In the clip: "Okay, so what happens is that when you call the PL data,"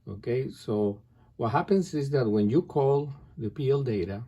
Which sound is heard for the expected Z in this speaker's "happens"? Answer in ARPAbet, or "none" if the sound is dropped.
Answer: S